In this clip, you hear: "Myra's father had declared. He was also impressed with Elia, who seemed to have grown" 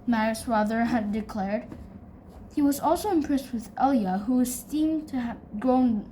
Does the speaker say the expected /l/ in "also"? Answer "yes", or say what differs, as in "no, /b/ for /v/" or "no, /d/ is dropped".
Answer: yes